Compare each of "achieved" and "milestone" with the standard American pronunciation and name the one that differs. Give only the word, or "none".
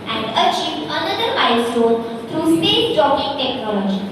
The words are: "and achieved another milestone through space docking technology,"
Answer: milestone